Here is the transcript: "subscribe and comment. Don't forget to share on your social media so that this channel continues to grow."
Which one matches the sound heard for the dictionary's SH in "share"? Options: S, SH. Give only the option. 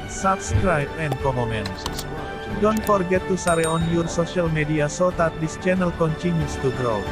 S